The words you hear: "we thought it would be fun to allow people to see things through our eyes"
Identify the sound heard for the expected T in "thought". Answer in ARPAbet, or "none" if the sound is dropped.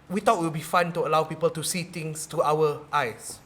none